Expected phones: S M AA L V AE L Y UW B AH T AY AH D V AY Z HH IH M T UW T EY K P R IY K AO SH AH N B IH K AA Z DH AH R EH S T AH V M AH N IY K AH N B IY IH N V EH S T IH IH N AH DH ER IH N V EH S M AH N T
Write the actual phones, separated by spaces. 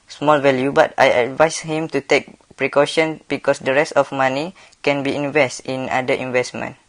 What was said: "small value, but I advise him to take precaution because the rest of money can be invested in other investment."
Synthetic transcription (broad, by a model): S M AA L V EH L Y UW B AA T AY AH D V AY S HH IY M T UW T EY K P R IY K AO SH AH N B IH K AA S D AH R EH S T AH F M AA N IY K AH N B IY IH N V EH S T IH N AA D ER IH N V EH S M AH N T